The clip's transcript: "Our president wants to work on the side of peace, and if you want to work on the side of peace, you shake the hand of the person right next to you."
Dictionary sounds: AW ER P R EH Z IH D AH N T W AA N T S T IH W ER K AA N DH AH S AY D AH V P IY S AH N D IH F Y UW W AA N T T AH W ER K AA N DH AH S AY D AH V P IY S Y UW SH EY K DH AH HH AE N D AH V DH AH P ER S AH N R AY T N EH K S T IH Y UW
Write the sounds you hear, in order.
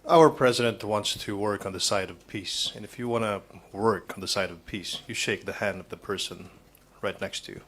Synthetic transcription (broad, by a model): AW ER P R EH Z IH D AH N T W AA N T S T IH W ER K N DH AH S AY D AH V P IY S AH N IH F Y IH W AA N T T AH W ER K N DH AH S AY D AH V P IY S Y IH SH EY K DH AH HH AE N D AH V DH AH P ER S AH N R AY T N EH K S T IH Y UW